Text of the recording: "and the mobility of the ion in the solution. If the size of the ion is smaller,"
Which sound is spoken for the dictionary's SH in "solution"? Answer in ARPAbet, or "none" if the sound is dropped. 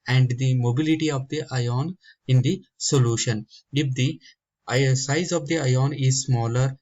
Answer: SH